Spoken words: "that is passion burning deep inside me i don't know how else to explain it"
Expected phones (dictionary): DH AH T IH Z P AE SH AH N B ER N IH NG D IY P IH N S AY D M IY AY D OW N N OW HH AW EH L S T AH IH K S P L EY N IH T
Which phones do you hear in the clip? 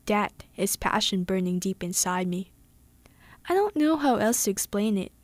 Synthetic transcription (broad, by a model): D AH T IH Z P AE SH AH N B ER N IH NG D IY P IH N S AY D M IY AY D OW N N OW HH AW EH L S T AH IH K S P L EY N IH T